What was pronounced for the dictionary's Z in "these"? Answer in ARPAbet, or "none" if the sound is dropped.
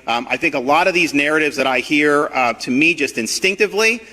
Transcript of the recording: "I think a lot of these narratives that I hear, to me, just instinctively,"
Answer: Z